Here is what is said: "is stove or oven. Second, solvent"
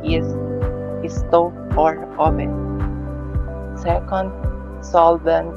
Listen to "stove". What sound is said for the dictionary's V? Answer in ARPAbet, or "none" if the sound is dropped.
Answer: none